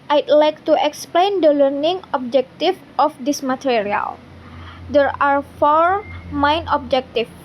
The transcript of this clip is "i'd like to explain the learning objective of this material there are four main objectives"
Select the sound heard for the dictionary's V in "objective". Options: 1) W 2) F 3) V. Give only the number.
2